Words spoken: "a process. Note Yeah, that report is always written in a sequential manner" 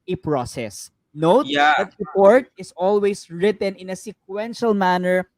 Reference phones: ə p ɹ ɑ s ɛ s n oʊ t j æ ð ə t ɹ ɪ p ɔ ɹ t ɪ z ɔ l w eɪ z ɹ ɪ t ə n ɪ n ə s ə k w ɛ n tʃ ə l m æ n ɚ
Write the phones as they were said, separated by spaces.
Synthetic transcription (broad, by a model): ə p ɹ ɑ s ɛ s n oʊ t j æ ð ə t ɹ ɪ p ɔ ɹ t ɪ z ɔ l w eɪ s ɹ ɪ t ə n ɪ n ə s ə k w ɛ n ʃ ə l m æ n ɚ